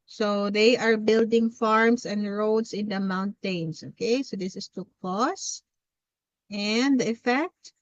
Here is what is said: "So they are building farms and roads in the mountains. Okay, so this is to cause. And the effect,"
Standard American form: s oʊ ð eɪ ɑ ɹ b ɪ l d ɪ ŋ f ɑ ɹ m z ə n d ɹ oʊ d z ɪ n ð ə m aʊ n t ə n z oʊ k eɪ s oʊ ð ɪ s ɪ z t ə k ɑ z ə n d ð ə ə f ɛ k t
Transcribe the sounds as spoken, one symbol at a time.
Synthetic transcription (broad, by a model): s oʊ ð eɪ ɑ ɹ b ɪ l d ɪ ŋ f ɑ ɹ m s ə n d ɹ oʊ d s ɪ n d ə m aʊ n t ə n s oʊ k eɪ s oʊ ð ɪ s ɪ s t ə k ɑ s ə n d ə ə f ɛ k t